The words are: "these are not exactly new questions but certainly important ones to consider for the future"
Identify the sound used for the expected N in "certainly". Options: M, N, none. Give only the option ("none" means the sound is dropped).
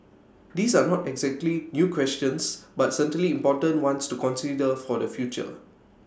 none